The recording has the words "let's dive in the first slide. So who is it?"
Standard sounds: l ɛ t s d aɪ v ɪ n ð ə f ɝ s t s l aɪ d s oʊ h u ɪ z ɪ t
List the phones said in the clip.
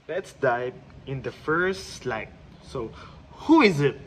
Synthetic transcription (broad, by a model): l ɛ t s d aɪ p ɪ n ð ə f ɝ s t s l aɪ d s oʊ h u ɪ z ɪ t